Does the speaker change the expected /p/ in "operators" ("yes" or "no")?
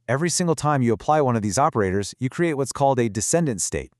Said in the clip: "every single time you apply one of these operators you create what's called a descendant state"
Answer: no